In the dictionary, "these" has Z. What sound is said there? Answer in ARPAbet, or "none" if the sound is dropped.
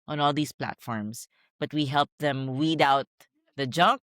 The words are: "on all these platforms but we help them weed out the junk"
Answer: S